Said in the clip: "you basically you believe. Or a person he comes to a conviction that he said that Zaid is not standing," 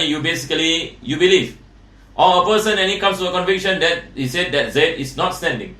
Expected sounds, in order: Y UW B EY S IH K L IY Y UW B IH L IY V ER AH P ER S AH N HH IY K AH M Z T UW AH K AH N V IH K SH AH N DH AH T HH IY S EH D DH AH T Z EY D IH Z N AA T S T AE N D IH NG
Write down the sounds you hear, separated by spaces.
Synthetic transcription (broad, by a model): Y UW B EY S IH K L IY Y UW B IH L IY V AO AH P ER S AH N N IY K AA M S T UW AH K AH N V IH K SH AH N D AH T HH IY S EH D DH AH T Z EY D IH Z N AA T S T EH N D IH NG